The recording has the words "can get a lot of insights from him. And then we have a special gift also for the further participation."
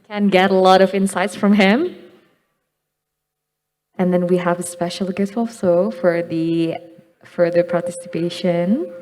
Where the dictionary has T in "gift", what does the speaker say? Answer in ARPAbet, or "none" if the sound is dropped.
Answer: none